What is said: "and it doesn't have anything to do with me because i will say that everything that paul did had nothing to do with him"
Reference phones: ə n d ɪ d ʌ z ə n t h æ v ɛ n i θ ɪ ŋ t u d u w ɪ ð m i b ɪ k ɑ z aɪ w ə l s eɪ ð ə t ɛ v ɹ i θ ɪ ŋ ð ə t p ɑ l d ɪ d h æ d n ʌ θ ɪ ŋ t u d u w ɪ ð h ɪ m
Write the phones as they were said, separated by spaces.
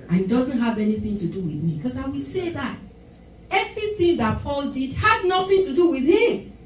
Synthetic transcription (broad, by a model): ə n ɪ d ʌ z ə n t h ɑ v ɛ n i θ ɪ ŋ t u d u w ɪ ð m i k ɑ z aɪ w ə l s eɪ ð ə t ɛ v ɹ i θ ɪ ŋ ð ə t p ɑ l d ɪ d h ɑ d n ʌ θ ɪ ŋ t u d u w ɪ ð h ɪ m